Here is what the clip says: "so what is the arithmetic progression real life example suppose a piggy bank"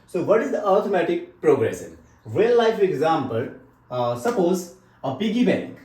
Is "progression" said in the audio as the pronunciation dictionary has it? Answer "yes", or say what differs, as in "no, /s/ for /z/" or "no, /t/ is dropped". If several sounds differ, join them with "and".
no, /s/ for /ʃ/